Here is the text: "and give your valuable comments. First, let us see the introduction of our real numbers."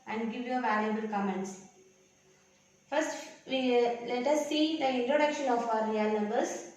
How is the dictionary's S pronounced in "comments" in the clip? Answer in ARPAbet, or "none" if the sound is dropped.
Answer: S